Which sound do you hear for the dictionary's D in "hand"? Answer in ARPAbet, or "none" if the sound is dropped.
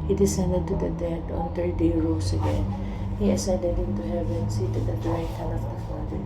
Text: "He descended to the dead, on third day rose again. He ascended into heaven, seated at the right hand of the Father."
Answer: none